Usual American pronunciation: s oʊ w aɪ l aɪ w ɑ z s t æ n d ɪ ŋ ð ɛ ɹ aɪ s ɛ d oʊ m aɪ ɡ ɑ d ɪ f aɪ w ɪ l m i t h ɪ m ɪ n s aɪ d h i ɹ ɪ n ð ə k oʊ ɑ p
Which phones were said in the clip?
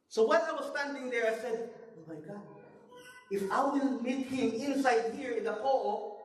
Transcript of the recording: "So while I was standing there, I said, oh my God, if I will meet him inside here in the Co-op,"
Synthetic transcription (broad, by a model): s oʊ w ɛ n aɪ w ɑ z s t æ n d ɪ ŋ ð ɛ ɹ aɪ s ɛ d oʊ m aɪ ɡ ɑ d ɪ f aɪ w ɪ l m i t h ɪ m ɪ n s aɪ d h i ɹ ɪ n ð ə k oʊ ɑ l